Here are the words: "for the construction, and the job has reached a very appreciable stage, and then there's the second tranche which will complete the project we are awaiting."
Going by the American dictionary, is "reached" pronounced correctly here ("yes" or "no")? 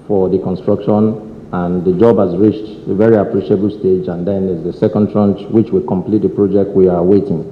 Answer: yes